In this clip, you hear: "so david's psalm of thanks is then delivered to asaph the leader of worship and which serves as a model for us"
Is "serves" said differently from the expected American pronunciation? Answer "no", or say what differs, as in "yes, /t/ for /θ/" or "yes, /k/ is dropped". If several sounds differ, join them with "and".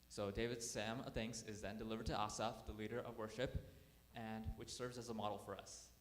no